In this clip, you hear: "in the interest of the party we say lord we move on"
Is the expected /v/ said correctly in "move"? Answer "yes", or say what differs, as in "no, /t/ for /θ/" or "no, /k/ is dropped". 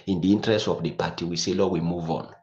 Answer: yes